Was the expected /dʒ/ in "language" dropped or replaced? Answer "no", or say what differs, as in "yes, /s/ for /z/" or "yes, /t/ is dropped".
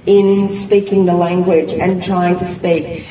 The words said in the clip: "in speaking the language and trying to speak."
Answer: no